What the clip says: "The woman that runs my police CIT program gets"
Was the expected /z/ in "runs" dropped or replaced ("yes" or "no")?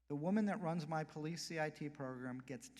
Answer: no